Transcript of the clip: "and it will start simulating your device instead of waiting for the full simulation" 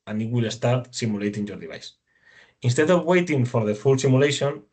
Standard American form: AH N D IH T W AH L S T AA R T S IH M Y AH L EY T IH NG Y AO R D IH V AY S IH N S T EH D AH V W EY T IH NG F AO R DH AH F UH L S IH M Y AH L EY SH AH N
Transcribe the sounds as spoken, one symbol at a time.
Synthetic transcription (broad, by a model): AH N IH T W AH L S T AA R T S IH M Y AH L EY T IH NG Y AO R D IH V AY S IH N S T EH D AH V W EY T IH NG F AO R DH AH F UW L S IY M Y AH L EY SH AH N